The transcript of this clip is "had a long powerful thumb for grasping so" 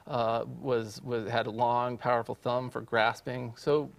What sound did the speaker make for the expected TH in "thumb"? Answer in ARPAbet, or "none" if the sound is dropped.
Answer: TH